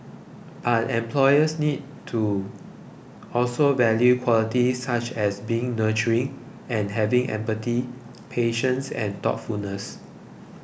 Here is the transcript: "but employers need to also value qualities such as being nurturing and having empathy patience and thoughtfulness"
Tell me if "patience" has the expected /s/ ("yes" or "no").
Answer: yes